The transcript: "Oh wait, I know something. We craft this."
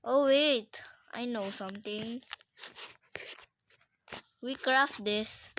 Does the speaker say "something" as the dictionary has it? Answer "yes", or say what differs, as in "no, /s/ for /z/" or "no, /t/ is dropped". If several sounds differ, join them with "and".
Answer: no, /t/ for /θ/